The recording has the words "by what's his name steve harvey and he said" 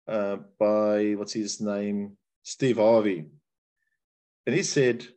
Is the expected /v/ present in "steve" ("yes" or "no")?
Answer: yes